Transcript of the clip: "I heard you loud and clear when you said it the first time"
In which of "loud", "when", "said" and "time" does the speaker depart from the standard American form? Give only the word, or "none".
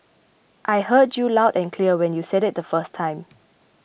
none